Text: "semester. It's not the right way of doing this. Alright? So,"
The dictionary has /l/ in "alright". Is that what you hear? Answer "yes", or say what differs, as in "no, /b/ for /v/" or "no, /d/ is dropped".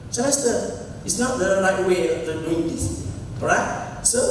no, /l/ is dropped